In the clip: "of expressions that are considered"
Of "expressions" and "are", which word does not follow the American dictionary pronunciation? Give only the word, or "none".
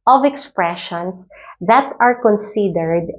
expressions